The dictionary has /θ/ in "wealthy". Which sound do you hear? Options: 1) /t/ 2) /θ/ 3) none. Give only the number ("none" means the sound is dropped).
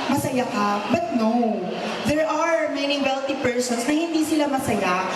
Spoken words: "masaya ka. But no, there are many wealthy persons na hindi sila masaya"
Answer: 1